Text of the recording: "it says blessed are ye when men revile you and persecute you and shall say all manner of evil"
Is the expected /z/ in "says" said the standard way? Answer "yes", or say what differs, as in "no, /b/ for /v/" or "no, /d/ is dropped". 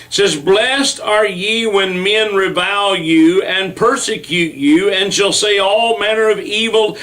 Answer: yes